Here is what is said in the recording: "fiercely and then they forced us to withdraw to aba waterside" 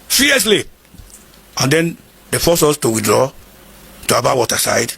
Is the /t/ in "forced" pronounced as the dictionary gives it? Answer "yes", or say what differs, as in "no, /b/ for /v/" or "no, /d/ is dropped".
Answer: no, /t/ is dropped